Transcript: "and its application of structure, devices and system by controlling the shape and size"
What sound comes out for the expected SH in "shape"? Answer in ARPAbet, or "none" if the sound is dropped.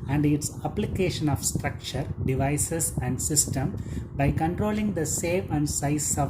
S